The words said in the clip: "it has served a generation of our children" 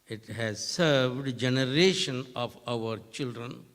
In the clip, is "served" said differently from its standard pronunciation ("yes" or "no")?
no